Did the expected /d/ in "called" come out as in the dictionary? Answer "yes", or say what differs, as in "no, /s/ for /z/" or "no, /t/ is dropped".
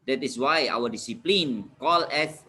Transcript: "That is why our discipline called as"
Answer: no, /d/ is dropped